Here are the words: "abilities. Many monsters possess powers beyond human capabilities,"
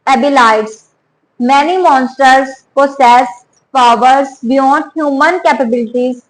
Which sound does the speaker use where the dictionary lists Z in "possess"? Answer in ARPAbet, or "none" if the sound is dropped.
S